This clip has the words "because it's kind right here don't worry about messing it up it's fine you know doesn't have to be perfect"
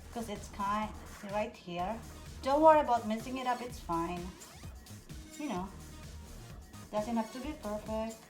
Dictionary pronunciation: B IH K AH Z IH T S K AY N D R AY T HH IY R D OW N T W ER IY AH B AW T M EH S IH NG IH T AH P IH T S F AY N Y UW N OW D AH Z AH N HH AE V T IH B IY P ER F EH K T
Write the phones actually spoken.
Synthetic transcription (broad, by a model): K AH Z IH T S K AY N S R AY T HH IY R D OW N T W ER IY AH B AW T M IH S IH NG IH T AH P IH T S F AY N Y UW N OW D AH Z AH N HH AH P T IH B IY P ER F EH K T